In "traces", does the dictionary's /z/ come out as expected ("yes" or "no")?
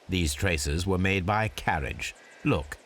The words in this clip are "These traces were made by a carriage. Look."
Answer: yes